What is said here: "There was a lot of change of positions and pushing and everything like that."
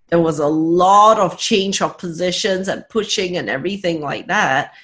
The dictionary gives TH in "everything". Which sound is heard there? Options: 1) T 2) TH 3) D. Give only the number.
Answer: 2